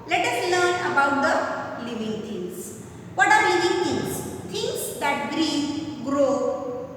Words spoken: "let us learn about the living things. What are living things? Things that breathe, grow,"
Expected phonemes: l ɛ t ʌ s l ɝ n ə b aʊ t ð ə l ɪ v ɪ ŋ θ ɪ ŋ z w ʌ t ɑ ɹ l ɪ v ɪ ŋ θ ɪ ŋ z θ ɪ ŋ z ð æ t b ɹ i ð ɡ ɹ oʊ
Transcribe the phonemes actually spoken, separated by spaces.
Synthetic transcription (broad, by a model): l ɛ t ʌ s l ɝ n ə b aʊ t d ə l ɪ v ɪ ŋ t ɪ ŋ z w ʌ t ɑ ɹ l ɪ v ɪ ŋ t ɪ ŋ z t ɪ ŋ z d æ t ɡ ɹ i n ɡ ɹ oʊ